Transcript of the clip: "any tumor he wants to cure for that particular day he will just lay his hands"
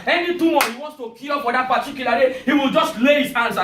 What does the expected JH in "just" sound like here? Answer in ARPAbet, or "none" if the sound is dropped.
JH